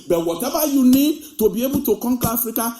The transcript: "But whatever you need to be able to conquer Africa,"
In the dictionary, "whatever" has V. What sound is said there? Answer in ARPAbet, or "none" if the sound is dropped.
B